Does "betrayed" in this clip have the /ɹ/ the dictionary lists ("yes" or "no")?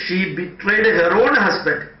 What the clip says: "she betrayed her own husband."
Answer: yes